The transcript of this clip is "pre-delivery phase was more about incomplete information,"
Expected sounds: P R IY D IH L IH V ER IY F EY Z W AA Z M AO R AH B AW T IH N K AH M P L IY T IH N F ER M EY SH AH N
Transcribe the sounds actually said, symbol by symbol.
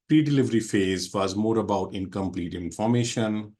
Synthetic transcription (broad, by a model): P R IY D IH L IH V ER IY F EY Z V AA Z M AO R AH B AW T IH N K AH M P L IY T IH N F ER M EY SH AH N